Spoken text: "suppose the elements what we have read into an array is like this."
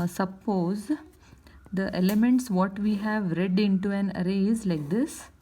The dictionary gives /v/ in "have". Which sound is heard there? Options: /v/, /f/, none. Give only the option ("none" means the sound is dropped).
/v/